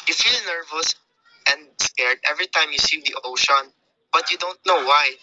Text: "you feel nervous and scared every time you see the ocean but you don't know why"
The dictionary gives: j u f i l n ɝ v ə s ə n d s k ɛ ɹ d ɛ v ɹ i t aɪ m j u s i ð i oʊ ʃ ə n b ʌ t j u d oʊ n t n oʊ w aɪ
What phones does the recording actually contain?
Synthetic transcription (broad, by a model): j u f i l n ɝ v ə s ə n d s k ɛ ɹ d ɛ v ɹ i t aɪ m j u s i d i oʊ ʃ ə n b ʌ t j u d oʊ n t n oʊ w aɪ